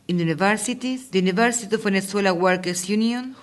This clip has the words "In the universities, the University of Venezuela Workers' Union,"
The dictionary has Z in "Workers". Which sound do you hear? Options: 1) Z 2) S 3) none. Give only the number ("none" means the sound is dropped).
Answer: 2